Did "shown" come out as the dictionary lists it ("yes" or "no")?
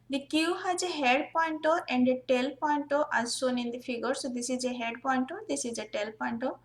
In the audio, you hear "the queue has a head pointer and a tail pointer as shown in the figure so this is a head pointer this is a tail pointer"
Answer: no